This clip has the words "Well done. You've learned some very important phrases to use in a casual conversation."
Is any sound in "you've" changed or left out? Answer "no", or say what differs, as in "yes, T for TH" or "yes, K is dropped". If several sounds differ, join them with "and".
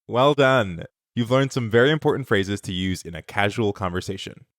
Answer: no